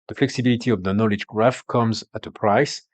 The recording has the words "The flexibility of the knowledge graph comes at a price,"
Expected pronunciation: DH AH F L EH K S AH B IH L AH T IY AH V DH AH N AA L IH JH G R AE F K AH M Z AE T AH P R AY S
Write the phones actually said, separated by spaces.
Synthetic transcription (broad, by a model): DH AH F L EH K S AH B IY L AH T IY AH V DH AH N AA L IH JH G R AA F K AH M Z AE T AH P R AY S